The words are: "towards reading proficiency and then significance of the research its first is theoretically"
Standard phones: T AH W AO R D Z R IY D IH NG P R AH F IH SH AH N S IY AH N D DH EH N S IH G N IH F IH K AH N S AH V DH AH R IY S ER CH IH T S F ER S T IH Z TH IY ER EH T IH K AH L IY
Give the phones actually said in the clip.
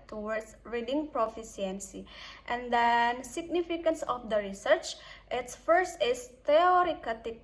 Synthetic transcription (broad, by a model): T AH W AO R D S R IY D IH NG P R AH F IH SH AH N S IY AH N D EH N S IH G N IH F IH K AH N S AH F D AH R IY S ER CH IH T S F ER S T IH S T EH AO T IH K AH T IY